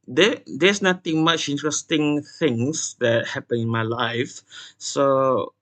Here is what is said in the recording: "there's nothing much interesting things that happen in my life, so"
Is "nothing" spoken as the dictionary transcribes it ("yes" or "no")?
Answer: no